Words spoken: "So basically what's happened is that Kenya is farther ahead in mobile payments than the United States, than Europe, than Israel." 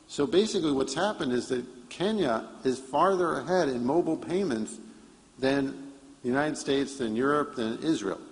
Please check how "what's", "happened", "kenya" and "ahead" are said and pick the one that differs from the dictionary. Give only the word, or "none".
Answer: none